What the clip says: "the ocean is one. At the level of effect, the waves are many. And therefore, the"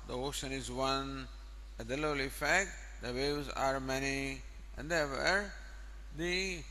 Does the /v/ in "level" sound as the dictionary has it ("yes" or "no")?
no